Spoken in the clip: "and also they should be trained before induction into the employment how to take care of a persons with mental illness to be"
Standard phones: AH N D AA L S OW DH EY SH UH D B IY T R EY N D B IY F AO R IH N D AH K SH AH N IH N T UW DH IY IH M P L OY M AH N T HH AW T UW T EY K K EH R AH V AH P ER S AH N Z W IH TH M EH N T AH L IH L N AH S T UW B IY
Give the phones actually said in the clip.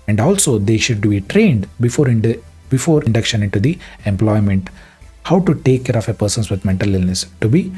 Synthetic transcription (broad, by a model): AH N D AA L S OW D EY SH UH D B IY T R EY N D B IY F AO R IH N D AH K SH AH N IH N T UW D IY IH M P L OY M AH N T HH AW T UW T EY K K EH R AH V AH P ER S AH N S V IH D M EH N T AH L IH L N AH S T UW B IY